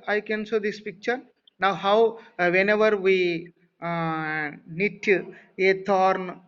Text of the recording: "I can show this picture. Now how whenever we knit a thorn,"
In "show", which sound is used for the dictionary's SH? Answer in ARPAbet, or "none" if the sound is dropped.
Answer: S